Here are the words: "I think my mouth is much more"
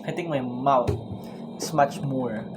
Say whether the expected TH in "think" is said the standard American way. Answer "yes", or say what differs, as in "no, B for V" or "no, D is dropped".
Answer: no, T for TH